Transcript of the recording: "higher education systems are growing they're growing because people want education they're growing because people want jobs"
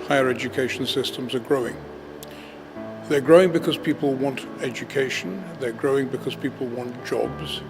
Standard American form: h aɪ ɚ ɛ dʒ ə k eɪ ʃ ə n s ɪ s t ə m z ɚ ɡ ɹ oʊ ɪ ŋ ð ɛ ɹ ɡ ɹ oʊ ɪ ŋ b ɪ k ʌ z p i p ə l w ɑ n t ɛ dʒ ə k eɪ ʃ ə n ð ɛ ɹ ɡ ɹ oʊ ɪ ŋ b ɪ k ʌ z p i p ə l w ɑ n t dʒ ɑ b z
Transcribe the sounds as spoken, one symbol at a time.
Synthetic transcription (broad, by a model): h aɪ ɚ ɛ dʒ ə k eɪ ʃ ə n s ɪ s t ə m z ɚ ɡ ɹ oʊ ɪ ŋ ð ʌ ɹ ɡ ɹ oʊ ɪ ŋ b ɪ k ʌ z p i p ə l w ɑ n t ɛ dʒ ə k eɪ ʃ ə n ð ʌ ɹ ɡ ɹ oʊ ɪ ŋ b ɪ k ʌ z p i p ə l w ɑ n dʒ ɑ b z